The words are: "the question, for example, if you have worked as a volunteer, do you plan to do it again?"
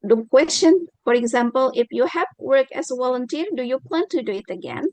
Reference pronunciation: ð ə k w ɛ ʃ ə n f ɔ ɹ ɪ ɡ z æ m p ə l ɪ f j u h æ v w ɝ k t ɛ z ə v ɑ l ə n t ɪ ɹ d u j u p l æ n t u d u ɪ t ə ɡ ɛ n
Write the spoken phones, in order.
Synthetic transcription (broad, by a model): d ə k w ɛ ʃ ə n f ɔ ɹ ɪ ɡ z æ m p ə l ɪ f j u h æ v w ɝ k ɛ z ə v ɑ l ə n t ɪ ɹ d u j u p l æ n t u d u ɪ t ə ɡ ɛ n